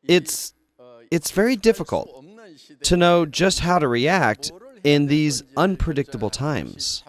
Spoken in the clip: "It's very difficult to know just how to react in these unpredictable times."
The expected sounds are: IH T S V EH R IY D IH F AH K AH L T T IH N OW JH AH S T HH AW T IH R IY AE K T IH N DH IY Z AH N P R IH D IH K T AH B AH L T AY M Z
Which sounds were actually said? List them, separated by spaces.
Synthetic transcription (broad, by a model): IH T S V EH R IY D IH F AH K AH L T T IH N OW JH AH S T HH AW T IH R IY AE K T IH N DH IY Z AH N P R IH D IH K T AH B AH L T AY M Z